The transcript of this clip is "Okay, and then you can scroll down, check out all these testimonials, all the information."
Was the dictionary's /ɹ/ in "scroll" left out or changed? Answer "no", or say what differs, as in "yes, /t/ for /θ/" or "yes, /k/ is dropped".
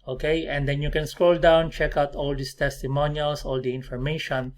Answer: no